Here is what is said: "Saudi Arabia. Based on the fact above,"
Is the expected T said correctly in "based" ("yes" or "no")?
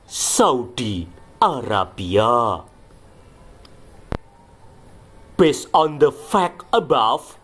no